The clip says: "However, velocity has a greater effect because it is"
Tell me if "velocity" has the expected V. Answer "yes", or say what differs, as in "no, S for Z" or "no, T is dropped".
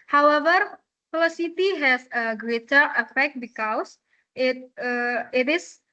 no, F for V